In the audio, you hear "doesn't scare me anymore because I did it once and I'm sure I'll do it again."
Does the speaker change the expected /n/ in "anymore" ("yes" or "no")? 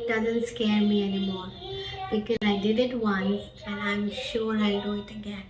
no